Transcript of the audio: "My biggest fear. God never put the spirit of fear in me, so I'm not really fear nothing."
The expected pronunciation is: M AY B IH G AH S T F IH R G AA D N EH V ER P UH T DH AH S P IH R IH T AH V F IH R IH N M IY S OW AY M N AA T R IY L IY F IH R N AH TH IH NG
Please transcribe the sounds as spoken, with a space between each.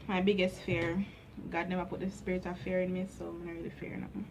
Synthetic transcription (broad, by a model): M AY B IH G AH S T F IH R G AA D N EH V ER P UH T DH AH S P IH R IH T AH F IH R IH N M IY S OW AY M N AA R IY L IY F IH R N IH